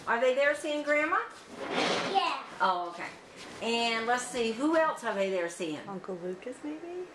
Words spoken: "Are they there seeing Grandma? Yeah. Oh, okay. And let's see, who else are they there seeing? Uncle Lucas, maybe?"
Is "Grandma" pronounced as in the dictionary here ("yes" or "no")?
yes